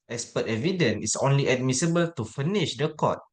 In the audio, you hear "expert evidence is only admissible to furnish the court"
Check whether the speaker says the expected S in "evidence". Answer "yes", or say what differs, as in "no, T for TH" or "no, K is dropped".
no, S is dropped